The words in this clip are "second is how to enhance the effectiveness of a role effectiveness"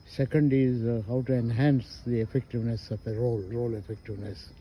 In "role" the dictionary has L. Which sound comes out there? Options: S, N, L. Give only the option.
L